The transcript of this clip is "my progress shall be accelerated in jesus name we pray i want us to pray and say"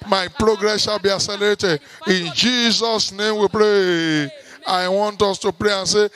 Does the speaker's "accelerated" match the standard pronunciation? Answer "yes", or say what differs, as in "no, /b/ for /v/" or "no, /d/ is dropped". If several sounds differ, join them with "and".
no, /k/ is dropped